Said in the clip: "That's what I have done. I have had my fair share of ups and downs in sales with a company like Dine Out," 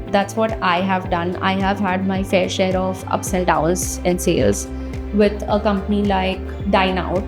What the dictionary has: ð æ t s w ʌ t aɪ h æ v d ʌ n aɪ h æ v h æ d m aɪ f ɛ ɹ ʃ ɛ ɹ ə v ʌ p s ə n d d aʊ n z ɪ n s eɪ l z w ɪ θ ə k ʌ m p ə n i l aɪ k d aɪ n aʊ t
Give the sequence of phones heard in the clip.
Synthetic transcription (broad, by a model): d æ t s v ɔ t aɪ h æ v d ʌ n aɪ h æ v h æ d m aɪ f ɛ ɹ ʃ ɛ ɹ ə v ʌ p s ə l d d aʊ l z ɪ n s eɪ l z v ɪ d ə k ʌ m p ə n i l aɪ k d aɪ n aʊ t